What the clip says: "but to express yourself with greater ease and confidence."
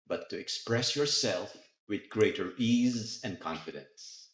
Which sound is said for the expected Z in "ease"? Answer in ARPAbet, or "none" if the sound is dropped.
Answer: Z